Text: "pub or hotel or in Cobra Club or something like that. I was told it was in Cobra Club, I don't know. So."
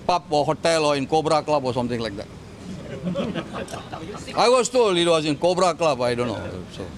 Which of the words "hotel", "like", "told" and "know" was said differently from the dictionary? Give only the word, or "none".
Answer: told